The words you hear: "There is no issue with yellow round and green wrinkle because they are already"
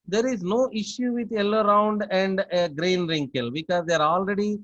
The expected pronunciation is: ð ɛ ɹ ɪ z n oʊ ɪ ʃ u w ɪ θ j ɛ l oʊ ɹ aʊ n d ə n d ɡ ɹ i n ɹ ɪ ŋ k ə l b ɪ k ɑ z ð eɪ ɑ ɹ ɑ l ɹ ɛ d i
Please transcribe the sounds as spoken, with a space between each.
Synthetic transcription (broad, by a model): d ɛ ɹ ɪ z n oʊ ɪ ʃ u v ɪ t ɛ l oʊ ɹ aʊ n d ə n d ɡ ɹ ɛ n ɹ ɪ ŋ k ə l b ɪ k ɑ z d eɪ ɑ ɹ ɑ l ɹ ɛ d i